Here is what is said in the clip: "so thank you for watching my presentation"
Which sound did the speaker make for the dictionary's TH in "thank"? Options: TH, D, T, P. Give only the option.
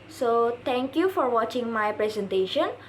T